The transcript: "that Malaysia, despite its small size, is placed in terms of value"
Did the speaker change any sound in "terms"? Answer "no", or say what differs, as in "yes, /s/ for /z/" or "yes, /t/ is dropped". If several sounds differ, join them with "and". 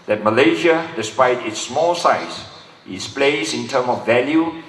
yes, /z/ is dropped